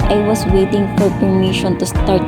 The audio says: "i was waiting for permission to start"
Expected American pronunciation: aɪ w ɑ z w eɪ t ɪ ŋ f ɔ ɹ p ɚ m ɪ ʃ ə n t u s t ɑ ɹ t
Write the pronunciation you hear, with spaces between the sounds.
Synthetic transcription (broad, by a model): aɪ w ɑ s w eɪ t ɪ ŋ f ɔ ɹ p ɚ m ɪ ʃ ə n t u s t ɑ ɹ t